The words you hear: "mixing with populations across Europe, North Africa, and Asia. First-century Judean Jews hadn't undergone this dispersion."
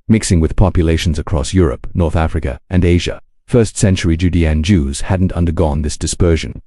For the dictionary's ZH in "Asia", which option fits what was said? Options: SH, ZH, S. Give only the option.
ZH